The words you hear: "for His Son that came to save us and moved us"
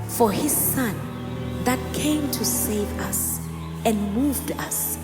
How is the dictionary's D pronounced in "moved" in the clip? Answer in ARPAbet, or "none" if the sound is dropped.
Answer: D